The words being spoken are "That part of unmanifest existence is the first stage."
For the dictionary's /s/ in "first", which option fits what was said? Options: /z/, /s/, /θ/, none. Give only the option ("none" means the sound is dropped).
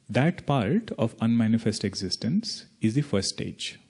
none